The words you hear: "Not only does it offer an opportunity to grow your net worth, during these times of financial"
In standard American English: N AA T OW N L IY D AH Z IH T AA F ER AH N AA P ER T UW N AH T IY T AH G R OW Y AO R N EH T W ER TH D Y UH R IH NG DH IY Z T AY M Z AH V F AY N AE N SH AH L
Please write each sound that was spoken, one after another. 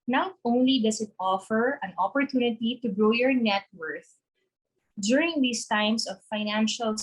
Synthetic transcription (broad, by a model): N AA T OW N L IY D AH S IH T AA F ER AH N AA P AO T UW N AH T IY T AH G R OW Y AO R N EH T W ER TH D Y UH R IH NG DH IY S T AY M S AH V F AY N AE N SH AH L